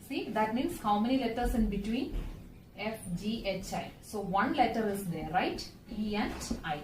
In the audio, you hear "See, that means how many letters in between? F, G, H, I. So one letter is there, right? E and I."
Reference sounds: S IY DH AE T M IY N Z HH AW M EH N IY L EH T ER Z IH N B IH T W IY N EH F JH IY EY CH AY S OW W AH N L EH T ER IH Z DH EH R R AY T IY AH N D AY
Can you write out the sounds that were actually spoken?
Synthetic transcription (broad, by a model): S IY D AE T M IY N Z HH AW M EH N IY L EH T ER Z IH N B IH T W IY N EH F JH IY EY CH AY S OW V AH N L EH T ER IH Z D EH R R AY T IY AH N D AY